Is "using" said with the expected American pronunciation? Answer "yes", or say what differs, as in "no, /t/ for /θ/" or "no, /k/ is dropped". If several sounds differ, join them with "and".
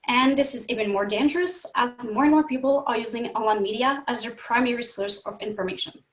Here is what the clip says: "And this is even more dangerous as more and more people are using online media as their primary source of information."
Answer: yes